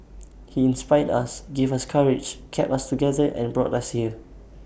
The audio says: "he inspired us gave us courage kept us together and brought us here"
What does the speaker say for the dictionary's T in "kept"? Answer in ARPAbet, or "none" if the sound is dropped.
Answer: none